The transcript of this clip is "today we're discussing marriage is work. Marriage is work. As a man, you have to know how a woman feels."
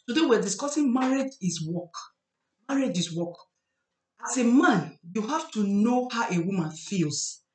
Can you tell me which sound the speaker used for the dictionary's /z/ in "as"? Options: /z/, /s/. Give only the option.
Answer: /s/